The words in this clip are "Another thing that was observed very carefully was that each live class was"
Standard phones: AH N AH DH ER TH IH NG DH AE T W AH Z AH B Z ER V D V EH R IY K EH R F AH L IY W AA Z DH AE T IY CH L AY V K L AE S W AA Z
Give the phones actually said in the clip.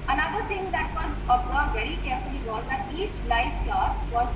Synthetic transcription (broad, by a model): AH N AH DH ER T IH NG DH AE T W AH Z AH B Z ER D V EH R IY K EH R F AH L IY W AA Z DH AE T IY CH L AY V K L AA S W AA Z